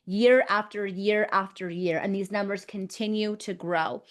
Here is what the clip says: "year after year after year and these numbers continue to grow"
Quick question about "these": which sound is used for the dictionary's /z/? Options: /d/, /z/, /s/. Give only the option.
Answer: /z/